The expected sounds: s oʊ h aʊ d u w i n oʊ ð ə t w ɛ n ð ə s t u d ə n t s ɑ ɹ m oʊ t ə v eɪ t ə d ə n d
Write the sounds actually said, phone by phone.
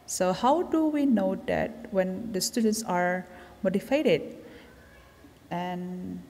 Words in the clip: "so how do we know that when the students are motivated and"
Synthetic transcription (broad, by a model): s oʊ h aʊ d u w i n oʊ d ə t w ɛ n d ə s t u d ə n t s ɑ ɹ m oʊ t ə f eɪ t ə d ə n